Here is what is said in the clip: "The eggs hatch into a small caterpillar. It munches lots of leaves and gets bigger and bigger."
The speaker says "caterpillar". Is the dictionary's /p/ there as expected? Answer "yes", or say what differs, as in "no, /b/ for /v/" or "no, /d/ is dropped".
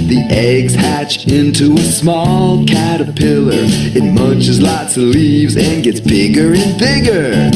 yes